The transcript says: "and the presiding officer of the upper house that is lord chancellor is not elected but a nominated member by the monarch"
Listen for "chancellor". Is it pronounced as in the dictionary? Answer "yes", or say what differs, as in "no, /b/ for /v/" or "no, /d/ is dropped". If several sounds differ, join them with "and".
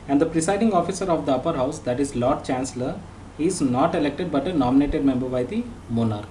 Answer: yes